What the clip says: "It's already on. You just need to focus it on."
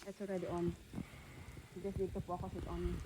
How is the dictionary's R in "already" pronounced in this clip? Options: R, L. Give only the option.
R